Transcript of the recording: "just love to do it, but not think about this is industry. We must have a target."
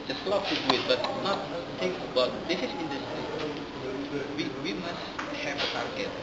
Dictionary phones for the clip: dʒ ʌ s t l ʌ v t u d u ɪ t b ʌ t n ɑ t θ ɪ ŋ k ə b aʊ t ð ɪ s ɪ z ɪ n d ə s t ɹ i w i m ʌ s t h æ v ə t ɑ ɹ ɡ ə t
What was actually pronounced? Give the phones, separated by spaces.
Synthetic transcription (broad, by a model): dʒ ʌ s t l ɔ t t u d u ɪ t b ʌ t n ɑ t t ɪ k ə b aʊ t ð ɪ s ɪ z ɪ n d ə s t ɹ i w i m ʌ s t h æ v ə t ɑ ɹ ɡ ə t